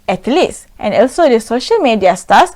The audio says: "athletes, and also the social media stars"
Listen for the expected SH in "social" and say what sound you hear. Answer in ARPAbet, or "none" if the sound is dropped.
SH